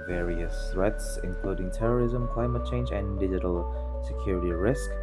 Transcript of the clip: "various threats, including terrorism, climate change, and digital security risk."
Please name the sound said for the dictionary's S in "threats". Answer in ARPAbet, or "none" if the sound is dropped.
S